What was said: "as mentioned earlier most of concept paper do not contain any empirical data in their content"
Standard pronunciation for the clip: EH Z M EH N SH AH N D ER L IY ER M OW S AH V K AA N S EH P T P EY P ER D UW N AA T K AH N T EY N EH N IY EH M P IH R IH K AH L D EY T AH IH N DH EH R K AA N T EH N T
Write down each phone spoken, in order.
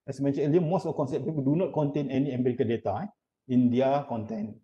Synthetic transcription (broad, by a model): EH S M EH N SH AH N ER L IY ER M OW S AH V K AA N S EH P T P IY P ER D UW N AA T K AH N T EY N EH N IY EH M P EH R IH K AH D EY T AH IH N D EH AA K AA N T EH N